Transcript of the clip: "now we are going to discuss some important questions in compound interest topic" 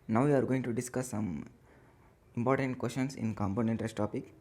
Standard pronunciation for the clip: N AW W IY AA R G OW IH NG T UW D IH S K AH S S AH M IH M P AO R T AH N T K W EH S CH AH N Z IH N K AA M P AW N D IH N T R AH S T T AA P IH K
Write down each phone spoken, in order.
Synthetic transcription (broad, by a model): N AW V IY AA R G OW IH NG T UW D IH S K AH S S AH M IH M P AO R T AH N T K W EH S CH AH N S IH N K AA M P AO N EH N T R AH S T T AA P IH K